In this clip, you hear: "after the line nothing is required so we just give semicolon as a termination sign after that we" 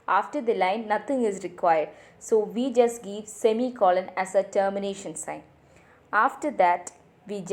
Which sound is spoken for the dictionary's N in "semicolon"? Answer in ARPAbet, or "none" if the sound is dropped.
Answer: N